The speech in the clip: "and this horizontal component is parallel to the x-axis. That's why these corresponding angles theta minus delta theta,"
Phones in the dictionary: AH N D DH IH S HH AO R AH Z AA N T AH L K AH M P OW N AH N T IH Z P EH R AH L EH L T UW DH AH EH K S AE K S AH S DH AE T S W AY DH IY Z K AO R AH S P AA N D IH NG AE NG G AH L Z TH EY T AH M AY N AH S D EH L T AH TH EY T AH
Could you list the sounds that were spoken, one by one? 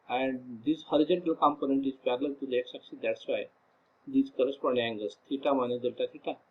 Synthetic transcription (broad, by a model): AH N D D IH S HH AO R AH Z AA N T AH L K AH M P OW N AH N T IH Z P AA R L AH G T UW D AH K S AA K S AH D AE T S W AY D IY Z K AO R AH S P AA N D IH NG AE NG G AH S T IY T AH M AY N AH D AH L T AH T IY T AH